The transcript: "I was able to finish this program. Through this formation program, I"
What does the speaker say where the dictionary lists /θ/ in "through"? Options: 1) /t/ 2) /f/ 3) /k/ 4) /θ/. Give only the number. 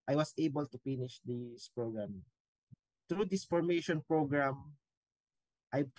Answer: 1